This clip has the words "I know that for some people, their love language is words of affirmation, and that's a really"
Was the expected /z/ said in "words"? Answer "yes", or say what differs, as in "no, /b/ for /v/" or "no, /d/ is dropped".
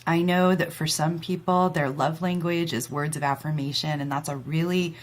yes